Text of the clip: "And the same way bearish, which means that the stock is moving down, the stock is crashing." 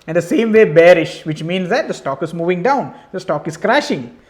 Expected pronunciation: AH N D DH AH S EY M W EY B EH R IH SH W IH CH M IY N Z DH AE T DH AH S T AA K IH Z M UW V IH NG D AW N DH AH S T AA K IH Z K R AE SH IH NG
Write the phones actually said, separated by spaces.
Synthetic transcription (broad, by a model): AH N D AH S EY M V EY B EH R IH SH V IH CH M IY N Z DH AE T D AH S T AA K IH Z M UW V IH NG D AW N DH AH S T AA K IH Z K R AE SH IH NG